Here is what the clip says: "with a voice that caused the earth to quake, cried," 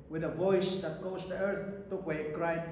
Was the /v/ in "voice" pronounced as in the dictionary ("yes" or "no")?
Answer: yes